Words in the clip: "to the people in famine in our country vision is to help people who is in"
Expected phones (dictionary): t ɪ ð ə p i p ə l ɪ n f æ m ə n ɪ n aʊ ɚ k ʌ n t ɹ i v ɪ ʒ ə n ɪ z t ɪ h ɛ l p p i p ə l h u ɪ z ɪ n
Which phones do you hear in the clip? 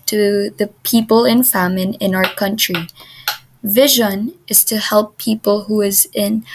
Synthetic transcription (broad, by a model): t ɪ ð ə p i p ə l ɪ n f æ m ə n ɪ n aʊ ɚ k ʌ n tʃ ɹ i v ɪ ʒ ə n ɪ z t ɪ h ɛ l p p i p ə l h u ɪ z ɪ n